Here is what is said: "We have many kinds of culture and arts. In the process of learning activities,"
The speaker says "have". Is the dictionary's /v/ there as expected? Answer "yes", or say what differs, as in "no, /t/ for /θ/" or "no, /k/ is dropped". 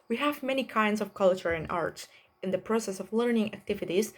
yes